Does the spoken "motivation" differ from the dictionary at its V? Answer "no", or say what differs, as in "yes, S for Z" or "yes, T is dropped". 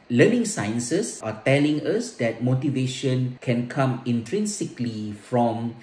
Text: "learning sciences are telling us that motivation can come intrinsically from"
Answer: no